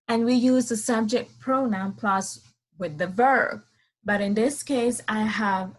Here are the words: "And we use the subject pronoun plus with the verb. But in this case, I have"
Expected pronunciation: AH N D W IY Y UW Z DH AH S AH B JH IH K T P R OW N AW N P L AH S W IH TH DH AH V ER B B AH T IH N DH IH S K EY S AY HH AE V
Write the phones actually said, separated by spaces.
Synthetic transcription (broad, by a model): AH N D W IY Y UW Z DH AH S AH B JH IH K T P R OW N AW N P L AH S W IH DH AH V ER B B AH T IH N DH IH S K EY S AY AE V